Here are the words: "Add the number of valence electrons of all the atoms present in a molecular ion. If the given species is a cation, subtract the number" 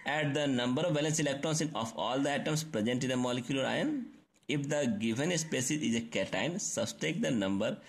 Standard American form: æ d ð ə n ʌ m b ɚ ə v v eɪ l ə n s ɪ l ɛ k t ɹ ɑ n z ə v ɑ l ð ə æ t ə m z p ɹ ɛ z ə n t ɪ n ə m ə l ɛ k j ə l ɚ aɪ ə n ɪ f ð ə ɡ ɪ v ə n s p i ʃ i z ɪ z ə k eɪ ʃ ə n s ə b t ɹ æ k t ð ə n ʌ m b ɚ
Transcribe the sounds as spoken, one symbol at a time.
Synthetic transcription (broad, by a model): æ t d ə n ʌ m b ɚ ə v v eɪ l ə n s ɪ l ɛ k t ɹ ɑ n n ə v ɑ l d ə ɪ t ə m s p ɹ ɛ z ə n t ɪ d ə m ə l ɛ k j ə l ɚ aɪ ə n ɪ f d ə ɡ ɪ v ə n s p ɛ s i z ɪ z ə k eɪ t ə n s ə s t ɛ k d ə n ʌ m b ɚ